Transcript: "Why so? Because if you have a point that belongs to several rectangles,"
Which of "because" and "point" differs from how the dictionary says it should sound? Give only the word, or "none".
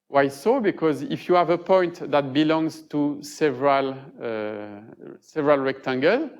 none